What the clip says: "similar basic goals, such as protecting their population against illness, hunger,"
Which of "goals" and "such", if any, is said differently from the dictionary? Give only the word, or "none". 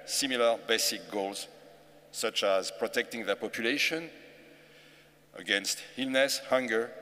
none